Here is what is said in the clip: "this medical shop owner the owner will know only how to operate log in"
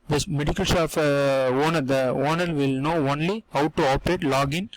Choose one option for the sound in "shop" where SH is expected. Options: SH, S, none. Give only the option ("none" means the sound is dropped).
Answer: S